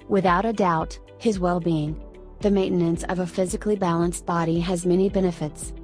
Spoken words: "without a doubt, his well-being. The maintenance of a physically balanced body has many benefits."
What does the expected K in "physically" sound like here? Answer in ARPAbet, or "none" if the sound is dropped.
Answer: K